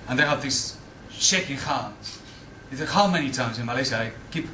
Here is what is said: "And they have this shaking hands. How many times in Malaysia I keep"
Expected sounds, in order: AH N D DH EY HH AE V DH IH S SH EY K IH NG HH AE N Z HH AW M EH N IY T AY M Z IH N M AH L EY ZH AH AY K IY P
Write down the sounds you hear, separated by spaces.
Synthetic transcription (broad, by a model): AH N DH EY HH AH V DH IH S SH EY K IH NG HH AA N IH HH AW M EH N IY T AY M Z IH N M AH L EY S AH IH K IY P